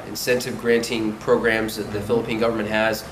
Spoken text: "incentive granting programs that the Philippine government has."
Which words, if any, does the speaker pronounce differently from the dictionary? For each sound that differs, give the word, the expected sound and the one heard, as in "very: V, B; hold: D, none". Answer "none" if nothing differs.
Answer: none